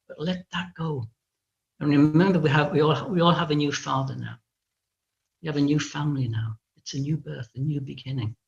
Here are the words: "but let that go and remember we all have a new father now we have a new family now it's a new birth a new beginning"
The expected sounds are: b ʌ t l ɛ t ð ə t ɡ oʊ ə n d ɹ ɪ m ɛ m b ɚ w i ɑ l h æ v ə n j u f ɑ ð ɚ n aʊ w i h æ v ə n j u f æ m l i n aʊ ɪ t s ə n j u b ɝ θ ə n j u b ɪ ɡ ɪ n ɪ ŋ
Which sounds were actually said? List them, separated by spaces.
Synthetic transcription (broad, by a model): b ʌ t l ɛ t ð ə t ɡ oʊ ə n ɹ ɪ m ɛ m b ɚ w i ɑ l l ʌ v ə n j u f ɑ ð ɚ n aʊ w i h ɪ v ə n j u f æ m l i n aʊ ɪ t s ə n j u b ɝ θ ə n j u b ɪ ɡ ɪ n ɪ ŋ